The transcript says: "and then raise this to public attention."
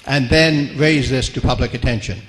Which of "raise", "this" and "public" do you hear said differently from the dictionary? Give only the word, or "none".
none